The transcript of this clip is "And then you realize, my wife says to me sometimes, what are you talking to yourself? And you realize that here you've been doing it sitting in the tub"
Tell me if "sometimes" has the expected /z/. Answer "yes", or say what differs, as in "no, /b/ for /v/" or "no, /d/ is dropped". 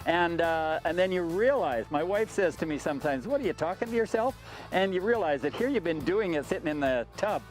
yes